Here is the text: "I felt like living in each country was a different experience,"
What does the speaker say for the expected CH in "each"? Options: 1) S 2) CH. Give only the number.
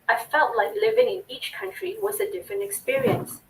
2